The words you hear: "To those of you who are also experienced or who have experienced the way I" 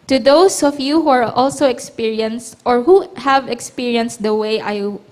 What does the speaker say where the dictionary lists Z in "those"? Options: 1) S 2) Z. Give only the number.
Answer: 1